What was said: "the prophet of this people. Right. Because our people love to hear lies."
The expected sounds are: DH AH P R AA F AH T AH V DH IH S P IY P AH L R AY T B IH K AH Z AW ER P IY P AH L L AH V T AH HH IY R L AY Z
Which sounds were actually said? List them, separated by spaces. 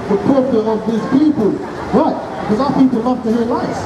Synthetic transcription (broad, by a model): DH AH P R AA P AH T AH V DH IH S P IY P AH L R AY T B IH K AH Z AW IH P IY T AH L L AH V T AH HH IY L AY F